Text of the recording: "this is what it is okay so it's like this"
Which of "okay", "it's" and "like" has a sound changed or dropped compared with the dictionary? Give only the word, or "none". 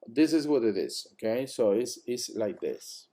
it's